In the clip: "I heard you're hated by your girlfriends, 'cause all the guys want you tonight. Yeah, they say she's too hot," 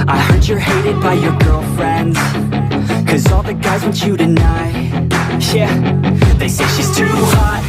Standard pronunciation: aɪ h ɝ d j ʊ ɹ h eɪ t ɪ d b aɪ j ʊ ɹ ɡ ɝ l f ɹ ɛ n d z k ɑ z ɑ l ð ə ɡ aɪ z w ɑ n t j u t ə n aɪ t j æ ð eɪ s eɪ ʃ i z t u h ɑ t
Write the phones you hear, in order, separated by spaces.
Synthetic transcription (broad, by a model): aɪ h ɝ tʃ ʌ ɹ h eɪ t ɪ d b aɪ j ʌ ɹ ɡ ɝ l f ɹ ɛ n d z k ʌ z ɑ l ð ə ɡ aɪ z n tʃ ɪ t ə n aɪ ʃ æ ð eɪ s eɪ ʃ i z t u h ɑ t